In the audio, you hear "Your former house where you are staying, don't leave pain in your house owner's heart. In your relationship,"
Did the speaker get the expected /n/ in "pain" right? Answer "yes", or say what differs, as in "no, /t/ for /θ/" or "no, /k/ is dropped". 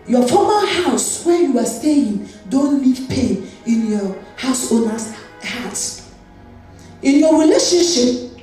yes